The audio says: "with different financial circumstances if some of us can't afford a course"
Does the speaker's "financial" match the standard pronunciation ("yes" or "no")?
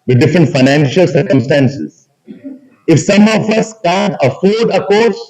yes